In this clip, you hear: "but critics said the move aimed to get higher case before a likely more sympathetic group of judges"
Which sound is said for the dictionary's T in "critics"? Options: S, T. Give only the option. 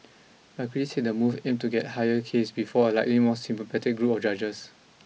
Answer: S